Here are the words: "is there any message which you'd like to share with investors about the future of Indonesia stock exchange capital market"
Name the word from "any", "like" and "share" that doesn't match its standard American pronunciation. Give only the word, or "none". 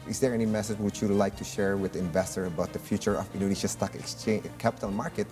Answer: none